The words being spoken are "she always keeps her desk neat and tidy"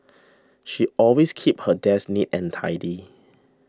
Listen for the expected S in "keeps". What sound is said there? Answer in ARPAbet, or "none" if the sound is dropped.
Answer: none